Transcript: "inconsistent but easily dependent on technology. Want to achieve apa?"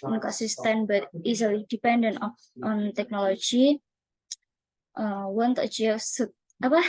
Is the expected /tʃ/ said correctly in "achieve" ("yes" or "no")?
no